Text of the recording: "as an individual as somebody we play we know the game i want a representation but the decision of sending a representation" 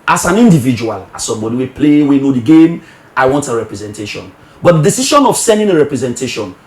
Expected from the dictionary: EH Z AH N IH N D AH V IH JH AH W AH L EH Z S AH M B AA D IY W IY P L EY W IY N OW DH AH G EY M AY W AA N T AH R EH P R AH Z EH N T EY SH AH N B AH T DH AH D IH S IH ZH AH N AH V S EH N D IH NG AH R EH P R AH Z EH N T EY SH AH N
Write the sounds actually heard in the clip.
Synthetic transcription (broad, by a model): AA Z AH N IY N D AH V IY JH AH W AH L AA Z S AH M B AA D IY W IY P L EY W IY N OW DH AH G EY M AY W AA N T AH R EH P R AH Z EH N T EY SH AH N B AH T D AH D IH S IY SH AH N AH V S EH N D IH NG AH R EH P R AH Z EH N T EY SH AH N